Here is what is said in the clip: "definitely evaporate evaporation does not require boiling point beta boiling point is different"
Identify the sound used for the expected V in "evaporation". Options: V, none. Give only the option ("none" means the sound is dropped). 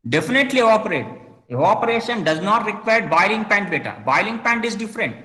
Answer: none